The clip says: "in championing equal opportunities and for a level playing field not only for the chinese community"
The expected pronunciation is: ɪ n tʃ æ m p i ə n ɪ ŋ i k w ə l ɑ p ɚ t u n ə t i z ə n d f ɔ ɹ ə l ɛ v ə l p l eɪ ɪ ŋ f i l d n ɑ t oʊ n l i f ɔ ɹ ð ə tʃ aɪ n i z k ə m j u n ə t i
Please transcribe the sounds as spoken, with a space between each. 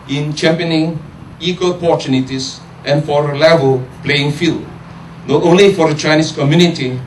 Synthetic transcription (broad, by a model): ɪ n tʃ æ m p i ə n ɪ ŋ i k w ə l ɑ p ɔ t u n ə t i s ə n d f ɔ ɹ ə l ɛ v ə l p l eɪ ɪ ŋ f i l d n ɑ t oʊ n l i f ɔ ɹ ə tʃ aɪ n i s k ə m j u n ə t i